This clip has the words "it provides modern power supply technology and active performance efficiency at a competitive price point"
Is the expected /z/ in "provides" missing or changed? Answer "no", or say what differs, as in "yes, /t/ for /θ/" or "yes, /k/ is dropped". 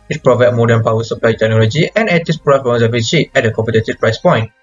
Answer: yes, /z/ is dropped